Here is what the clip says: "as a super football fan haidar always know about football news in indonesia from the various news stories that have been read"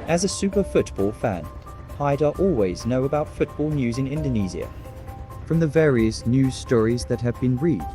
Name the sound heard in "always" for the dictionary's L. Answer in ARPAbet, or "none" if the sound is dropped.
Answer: L